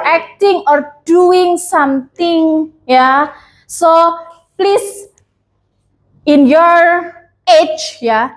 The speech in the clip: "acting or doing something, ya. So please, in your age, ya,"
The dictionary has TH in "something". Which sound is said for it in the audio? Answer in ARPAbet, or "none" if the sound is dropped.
T